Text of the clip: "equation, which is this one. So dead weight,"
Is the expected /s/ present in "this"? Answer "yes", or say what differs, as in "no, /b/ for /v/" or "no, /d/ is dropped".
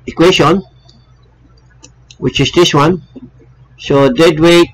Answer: yes